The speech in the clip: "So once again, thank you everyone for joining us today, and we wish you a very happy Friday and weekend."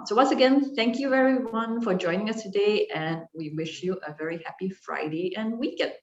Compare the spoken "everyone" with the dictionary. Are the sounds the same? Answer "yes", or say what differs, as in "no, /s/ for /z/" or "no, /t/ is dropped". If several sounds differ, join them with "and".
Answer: no, /v/ is dropped